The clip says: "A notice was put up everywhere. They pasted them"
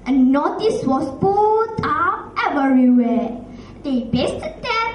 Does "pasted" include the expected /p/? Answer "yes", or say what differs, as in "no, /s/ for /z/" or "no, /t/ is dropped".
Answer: no, /b/ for /p/